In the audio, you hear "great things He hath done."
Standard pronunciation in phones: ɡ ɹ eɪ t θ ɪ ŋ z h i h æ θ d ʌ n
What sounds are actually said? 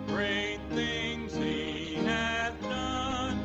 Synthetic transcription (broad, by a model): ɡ ɹ eɪ t θ ɪ ŋ z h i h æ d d ʌ n